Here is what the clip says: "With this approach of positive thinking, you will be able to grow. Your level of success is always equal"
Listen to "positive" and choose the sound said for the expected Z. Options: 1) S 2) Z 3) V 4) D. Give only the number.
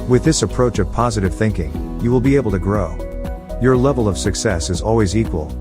2